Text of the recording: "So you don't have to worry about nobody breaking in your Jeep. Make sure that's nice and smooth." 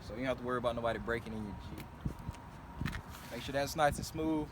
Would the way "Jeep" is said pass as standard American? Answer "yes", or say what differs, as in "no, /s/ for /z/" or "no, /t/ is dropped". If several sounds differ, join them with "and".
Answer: no, /tʃ/ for /dʒ/